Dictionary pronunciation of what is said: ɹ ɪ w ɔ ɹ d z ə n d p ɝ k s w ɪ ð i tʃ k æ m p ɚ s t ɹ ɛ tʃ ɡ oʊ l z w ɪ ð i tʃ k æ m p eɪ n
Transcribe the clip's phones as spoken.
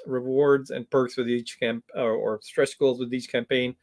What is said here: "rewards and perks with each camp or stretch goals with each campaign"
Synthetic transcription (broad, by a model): ɹ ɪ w ɔ ɹ d z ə n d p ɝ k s w ɪ ð i tʃ k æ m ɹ ɚ s t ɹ ɛ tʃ ɡ oʊ l z w ɪ ð i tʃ k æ m p eɪ n